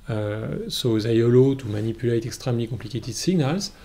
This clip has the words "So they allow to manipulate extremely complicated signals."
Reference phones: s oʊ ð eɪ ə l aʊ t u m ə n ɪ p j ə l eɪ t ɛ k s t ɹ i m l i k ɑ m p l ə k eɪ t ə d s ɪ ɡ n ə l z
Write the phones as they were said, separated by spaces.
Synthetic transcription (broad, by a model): s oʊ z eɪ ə l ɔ t u m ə n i p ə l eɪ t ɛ k s t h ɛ m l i k ɑ p l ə k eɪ t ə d s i ɡ n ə l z